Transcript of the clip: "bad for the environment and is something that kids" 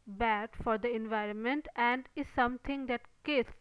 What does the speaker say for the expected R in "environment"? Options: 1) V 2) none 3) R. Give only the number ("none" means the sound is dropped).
3